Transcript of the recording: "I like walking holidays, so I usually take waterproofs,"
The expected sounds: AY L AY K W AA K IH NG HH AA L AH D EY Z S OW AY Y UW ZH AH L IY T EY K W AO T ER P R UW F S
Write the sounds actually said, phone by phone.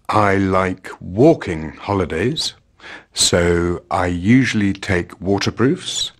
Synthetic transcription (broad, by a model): AY L AY K W AA K IH NG HH AA L AH D EY Z S OW AY Y UW ZH AH L IY T EY K W AO T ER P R UW F S